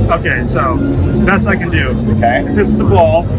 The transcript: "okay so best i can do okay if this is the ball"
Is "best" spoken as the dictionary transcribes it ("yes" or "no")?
no